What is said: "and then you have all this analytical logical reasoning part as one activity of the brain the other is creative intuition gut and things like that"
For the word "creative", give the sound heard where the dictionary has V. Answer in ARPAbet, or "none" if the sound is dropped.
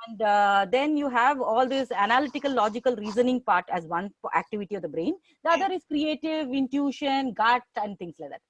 V